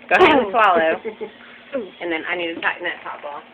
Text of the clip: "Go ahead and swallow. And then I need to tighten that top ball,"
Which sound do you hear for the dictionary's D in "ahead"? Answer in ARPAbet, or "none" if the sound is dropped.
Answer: none